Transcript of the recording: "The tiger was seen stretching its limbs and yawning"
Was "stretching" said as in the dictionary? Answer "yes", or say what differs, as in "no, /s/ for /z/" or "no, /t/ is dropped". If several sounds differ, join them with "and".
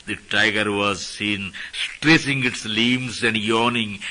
no, /s/ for /tʃ/